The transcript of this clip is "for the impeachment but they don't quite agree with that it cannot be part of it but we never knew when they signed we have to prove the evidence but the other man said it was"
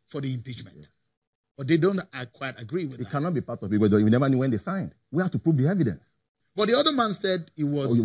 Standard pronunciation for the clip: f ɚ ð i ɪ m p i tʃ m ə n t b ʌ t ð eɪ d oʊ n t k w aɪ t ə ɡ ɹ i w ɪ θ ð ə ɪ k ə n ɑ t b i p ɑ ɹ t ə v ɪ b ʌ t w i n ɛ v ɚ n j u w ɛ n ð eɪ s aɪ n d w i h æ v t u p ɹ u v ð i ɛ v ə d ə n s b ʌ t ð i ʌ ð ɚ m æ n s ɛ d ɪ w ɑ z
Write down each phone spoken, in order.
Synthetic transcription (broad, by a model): f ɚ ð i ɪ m p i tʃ m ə n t b ʌ t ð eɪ d oʊ n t k w aɪ t ə ɡ ɹ i w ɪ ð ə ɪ k ə n ɑ t b i p ɑ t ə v ɪ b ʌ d w i n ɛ v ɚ n j u w ɛ n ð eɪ s aɪ n d w i h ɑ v t u p ɹ u v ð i ɛ v ə d ə n s b ʌ t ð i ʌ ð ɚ m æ n s ɛ d ɪ w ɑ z